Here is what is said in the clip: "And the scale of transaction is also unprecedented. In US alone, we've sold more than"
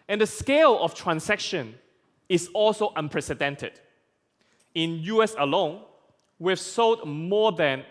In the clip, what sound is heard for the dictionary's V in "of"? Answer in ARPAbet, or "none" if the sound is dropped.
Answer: F